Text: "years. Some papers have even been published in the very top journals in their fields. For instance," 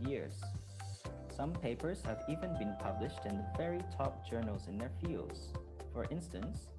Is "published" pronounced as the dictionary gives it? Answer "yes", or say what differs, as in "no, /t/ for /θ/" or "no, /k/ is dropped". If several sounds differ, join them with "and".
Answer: yes